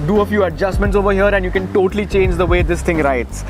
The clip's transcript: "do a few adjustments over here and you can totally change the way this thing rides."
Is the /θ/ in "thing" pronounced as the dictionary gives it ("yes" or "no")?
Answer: no